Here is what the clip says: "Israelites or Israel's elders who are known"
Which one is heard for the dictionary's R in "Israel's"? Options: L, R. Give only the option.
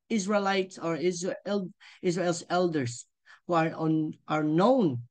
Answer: L